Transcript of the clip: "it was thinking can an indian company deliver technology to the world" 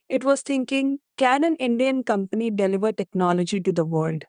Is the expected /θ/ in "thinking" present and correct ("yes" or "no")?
no